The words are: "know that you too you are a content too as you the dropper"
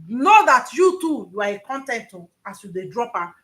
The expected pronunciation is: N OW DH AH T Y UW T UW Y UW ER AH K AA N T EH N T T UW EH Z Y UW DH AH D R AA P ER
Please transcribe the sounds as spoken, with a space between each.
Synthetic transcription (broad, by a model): N OW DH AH T Y UW T UW Y UW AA AH K AA N T EH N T T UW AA S Y UW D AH D R AA P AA